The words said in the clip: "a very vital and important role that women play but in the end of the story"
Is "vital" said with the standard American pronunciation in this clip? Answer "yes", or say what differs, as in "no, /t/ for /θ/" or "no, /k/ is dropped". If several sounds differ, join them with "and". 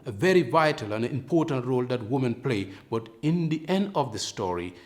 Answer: yes